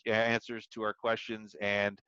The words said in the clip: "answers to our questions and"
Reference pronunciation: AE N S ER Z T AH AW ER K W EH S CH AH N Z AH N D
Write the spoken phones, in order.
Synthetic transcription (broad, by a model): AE N S ER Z T AH AW ER K W EH S CH AH N Z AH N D